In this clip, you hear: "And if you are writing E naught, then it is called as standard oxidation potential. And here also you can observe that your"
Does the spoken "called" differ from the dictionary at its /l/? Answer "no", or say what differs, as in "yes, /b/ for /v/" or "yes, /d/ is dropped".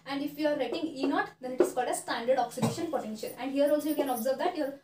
no